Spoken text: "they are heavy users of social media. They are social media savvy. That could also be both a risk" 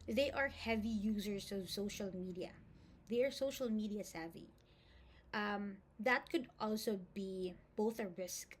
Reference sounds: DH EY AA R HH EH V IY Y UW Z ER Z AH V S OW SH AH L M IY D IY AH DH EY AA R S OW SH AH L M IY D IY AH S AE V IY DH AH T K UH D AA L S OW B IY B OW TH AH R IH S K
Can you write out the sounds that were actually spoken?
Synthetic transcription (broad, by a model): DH EY AA R HH EH V IY Y UW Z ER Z AH V S OW SH AH L M IY D IY AH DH EY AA R S OW SH AH L M IY D IY AH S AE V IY DH AH T K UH D AA L S OW B IY B OW TH AH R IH S K